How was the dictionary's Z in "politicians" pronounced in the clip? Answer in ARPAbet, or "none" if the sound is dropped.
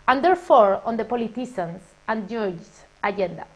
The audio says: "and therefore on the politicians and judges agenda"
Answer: S